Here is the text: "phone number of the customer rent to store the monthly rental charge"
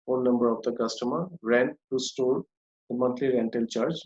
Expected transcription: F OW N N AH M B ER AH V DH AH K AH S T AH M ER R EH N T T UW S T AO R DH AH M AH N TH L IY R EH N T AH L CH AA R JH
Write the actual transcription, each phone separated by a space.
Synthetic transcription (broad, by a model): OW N N AH M B ER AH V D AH K AH S T AH M ER R EH N T T UW S T AO R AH M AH N T L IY R EH N T AH L CH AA R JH